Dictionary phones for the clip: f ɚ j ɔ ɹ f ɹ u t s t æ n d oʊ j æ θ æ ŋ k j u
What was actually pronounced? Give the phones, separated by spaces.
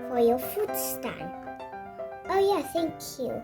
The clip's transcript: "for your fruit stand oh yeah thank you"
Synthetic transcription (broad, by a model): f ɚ j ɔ f u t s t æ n oʊ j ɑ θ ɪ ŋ k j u